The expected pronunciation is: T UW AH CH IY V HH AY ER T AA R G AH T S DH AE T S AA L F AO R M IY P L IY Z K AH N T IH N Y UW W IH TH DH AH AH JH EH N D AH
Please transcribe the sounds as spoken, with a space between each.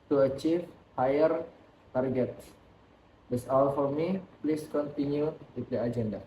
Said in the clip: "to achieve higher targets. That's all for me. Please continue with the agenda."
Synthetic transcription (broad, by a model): T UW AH CH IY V HH AY ER T AA R G AH T S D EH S AA L F AO R M IY P L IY S K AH N T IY N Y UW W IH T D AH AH JH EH N D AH